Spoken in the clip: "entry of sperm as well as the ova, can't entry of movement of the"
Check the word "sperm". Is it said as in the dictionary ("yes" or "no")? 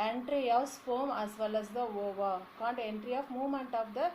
no